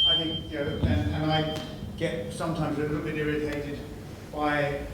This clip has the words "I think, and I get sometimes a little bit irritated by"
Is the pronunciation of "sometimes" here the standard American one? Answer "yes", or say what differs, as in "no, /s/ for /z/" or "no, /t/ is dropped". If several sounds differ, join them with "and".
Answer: yes